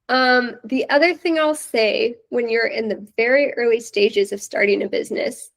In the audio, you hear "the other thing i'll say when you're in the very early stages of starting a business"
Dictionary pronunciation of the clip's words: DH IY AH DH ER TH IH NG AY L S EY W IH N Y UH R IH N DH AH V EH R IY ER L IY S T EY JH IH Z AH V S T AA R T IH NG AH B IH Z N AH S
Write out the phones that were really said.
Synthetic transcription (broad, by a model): DH IY AH DH ER TH IH NG AY L S EY W IH N Y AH R IH N DH AH V EH R IY ER L IY S T EY JH IH Z AH V S T AA R T IH NG AH B IH Z N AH S